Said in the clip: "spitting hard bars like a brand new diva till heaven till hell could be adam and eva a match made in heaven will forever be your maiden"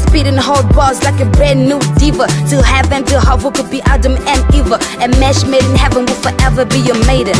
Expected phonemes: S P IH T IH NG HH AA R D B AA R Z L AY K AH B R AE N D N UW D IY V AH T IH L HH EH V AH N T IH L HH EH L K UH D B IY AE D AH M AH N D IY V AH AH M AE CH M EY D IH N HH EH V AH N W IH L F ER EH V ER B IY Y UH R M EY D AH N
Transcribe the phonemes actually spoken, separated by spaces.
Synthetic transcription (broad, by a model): S P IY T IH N HH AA L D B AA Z L AY K AH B R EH D N UW D IY V AH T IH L HH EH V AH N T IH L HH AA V K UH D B IY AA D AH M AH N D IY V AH AH M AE SH M EY D IH N HH EH V AH N W IH L F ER EH V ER B IY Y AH M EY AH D